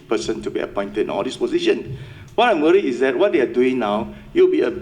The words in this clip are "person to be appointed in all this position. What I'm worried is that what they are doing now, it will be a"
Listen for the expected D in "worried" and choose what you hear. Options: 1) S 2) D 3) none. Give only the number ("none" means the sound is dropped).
3